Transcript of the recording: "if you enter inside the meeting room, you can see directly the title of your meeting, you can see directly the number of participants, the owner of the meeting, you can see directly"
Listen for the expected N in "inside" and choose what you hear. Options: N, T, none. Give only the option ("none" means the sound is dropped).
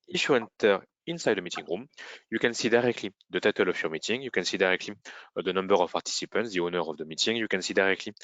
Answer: N